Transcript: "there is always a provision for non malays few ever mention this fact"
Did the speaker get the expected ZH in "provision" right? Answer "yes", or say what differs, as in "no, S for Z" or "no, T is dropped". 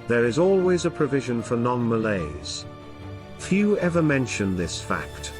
yes